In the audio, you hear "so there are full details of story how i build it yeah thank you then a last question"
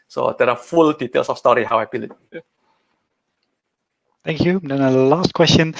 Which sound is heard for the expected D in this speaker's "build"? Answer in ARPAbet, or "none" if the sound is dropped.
none